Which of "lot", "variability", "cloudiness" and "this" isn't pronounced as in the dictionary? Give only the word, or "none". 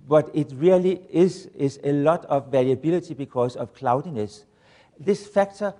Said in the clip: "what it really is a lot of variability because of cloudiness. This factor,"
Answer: variability